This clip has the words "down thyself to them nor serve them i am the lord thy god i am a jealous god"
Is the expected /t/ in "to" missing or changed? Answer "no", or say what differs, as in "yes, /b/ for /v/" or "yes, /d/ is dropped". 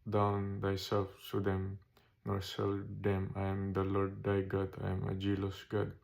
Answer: yes, /s/ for /t/